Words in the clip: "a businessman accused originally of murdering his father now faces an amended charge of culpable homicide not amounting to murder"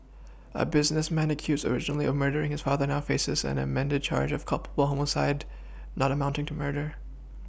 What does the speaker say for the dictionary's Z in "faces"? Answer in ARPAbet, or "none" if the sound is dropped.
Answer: Z